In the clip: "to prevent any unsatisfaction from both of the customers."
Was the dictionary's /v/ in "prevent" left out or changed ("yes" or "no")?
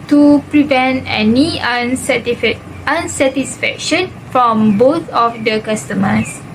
no